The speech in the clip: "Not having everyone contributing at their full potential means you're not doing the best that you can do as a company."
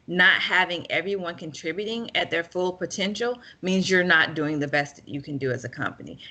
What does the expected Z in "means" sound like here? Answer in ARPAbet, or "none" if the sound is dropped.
Z